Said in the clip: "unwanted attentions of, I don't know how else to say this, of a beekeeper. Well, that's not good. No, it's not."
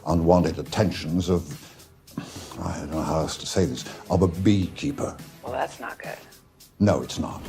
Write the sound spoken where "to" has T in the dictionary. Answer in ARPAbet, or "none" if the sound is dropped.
T